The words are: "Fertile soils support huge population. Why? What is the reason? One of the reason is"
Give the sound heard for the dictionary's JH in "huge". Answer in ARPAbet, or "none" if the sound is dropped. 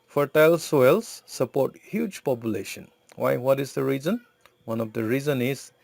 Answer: JH